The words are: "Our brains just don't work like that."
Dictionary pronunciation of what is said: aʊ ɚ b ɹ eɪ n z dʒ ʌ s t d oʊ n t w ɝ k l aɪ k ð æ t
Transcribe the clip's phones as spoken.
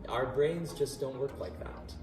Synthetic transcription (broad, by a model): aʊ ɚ b ɹ eɪ n z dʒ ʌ s d oʊ n t w ɝ k l aɪ k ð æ t